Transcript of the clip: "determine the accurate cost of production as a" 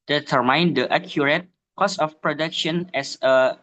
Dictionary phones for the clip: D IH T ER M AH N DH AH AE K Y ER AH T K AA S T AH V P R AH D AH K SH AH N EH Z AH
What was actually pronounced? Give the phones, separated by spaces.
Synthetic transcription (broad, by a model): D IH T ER M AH N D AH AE K Y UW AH T K AA S AH F P R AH D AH K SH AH N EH S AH